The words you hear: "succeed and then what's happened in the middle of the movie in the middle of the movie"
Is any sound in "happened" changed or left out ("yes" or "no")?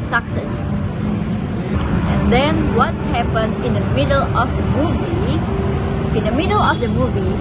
yes